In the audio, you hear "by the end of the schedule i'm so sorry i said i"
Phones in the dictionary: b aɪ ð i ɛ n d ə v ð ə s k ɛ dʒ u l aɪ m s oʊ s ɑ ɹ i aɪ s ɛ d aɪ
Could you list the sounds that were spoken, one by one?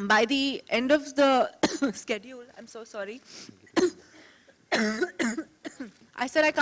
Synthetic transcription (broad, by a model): b aɪ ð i ɛ n d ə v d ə s k ɛ dʒ u l aɪ m s oʊ s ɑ ɹ i aɪ s ɛ d aɪ